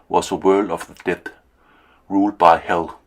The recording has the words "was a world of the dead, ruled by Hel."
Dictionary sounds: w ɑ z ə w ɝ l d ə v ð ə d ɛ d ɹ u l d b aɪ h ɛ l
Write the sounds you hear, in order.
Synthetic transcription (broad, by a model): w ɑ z ə w ɝ l d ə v ð ə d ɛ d ɹ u l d b aɪ h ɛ l